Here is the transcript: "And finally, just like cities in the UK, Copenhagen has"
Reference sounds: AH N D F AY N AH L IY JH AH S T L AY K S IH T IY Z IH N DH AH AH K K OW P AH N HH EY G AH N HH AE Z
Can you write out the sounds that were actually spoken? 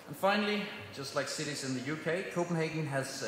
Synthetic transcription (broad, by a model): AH N F AY N L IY JH AH S T L AY K S IH T IY Z IH N DH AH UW K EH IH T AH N HH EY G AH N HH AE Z